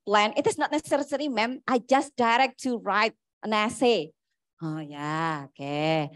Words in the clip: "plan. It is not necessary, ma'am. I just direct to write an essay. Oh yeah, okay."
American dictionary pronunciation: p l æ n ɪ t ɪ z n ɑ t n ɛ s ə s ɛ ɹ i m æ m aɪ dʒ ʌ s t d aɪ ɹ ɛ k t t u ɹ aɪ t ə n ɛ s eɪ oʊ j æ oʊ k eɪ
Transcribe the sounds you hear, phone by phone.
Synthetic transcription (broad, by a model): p l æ n ɪ t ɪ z n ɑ t n ɛ s ə s ɛ ɹ i m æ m aɪ dʒ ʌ s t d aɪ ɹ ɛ k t t u ɹ aɪ t ə n ɛ s eɪ oʊ j æ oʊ k eɪ